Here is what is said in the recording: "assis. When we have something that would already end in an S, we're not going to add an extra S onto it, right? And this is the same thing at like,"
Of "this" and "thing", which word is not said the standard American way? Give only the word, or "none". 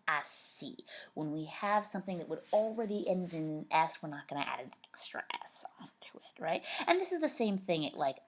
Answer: none